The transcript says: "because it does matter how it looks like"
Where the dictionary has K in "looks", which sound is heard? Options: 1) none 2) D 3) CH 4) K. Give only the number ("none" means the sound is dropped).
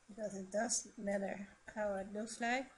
1